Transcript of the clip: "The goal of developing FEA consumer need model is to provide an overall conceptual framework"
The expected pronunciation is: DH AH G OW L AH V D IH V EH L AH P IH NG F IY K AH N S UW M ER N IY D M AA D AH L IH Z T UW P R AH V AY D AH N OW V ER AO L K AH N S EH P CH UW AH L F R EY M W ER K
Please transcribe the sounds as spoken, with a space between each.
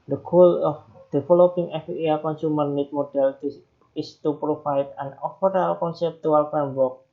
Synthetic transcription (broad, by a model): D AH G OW L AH F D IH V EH L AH P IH NG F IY K AH N S UW M ER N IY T M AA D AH L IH S T UW P R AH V AY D AH N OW F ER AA L K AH N S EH P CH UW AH L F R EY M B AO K